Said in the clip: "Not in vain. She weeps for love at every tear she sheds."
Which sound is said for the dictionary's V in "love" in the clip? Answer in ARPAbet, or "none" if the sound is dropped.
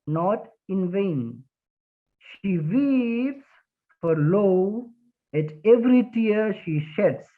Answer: none